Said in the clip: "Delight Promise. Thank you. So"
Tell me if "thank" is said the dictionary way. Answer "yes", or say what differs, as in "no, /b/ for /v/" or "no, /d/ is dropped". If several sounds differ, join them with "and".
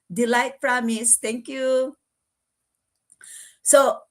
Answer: no, /t/ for /θ/